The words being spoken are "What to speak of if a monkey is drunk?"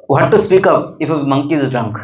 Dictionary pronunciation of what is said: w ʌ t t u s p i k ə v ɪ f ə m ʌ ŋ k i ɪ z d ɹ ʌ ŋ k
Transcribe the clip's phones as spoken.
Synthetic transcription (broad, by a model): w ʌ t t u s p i k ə p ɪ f ə m ʌ ŋ k i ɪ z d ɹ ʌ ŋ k